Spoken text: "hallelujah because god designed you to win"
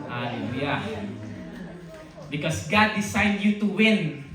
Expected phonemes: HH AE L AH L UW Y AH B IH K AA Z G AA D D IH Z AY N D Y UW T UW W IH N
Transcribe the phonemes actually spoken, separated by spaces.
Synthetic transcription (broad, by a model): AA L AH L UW Y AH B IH K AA S G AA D D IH S AY N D Y UW T UW W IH N